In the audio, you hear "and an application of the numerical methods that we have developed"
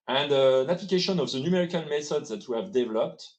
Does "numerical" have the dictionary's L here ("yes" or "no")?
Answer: no